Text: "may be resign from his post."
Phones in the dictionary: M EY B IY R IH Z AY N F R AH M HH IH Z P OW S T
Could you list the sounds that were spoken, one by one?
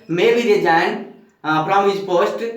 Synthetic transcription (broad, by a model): M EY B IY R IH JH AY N P R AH M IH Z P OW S T